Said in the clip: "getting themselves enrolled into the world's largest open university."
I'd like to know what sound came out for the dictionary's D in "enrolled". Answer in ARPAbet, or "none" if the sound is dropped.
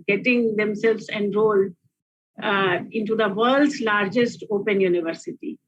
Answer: none